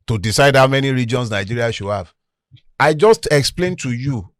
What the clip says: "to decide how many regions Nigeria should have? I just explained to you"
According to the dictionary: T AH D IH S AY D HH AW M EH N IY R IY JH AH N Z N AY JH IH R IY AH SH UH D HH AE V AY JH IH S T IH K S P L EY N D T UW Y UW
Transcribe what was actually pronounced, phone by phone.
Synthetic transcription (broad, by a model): T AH D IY S AY D HH AW M EH N IY R IY JH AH N S N AY JH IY R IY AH SH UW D HH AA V AY JH IH S T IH K S P L EY N T UW Y UW